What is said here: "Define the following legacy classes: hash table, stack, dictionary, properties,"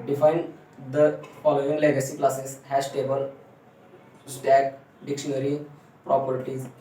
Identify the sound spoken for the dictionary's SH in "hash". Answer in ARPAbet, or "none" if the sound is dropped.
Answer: S